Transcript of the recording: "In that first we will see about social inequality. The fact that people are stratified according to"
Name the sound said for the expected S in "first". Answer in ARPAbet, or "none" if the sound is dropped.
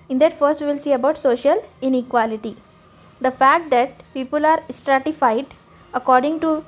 S